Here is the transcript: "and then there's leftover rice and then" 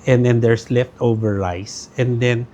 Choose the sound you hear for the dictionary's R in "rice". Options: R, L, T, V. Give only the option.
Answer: L